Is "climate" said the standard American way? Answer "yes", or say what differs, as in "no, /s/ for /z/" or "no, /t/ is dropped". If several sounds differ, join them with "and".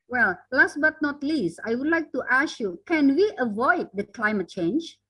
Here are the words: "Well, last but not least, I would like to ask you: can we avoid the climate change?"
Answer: yes